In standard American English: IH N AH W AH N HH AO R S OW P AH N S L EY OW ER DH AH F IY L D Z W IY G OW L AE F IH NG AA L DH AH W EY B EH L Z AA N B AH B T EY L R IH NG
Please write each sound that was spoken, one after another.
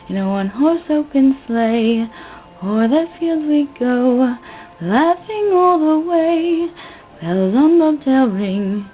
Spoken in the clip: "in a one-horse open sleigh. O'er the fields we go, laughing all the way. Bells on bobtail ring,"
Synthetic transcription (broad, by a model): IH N AH W AH N HH AO R S OW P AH N S L EY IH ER DH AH F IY L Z W IY G OW L AE F IH NG AA L DH AH W EY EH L Z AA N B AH T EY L R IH NG